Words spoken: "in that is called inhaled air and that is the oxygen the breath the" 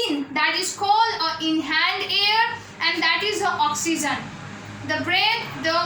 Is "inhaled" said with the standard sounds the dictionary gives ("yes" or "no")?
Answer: no